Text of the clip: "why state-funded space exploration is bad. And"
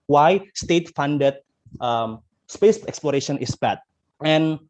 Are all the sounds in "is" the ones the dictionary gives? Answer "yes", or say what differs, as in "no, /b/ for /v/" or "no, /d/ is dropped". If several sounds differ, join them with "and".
no, /s/ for /z/